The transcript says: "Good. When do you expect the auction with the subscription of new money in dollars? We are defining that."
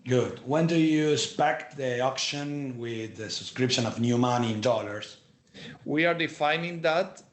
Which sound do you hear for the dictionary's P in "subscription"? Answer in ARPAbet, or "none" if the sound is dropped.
P